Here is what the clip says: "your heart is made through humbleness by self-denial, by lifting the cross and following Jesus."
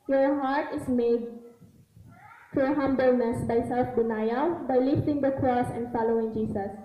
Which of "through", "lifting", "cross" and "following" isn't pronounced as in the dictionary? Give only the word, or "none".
through